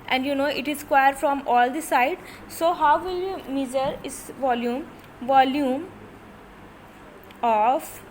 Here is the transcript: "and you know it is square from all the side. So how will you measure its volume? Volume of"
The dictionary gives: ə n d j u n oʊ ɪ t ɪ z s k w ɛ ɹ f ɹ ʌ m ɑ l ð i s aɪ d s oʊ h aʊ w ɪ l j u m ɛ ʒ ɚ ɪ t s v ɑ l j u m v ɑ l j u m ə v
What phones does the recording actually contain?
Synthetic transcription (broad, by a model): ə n d j u n oʊ ɪ t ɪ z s k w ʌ ɹ f ɹ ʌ m ɑ l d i s aɪ d s oʊ h aʊ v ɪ l j u m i z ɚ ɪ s v ɑ l j u m v ɑ l j u m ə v